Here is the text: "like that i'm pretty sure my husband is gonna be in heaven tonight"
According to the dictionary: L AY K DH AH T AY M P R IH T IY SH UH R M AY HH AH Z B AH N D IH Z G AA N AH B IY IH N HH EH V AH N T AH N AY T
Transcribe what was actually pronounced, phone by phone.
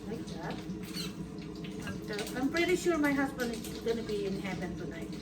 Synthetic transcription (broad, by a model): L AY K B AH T AY M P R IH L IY SH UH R M AY HH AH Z B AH N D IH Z G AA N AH B IY IH N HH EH P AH N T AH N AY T